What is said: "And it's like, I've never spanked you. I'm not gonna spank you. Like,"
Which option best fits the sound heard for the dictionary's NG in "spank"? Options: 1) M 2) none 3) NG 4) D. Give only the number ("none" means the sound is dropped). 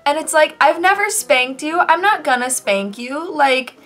3